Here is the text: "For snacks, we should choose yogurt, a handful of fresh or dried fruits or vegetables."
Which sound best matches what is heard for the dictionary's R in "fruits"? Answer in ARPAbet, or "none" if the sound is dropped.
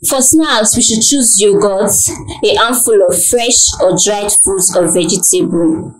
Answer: none